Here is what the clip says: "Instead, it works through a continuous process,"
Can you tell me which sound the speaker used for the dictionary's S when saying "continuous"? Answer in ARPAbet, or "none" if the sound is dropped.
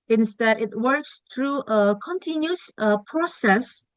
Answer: none